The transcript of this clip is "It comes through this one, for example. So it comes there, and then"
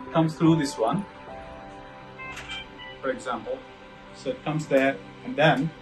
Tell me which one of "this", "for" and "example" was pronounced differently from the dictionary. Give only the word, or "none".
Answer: none